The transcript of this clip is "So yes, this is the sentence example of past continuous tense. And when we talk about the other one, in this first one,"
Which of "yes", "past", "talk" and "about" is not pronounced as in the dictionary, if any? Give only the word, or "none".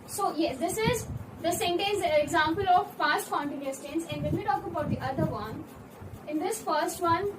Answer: past